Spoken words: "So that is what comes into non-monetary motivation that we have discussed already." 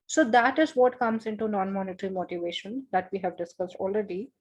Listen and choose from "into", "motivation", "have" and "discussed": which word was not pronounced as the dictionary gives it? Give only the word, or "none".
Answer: none